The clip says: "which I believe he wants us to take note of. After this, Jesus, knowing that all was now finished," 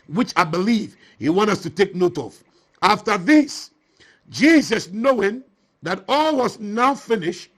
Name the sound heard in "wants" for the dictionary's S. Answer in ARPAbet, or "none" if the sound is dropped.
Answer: none